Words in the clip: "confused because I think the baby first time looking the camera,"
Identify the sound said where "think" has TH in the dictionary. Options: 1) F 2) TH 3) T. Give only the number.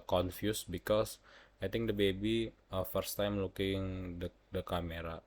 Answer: 3